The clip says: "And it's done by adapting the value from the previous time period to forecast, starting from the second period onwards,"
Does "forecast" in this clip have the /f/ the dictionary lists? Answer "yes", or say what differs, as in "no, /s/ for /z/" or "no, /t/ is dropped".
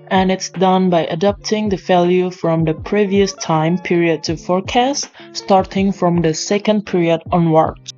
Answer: yes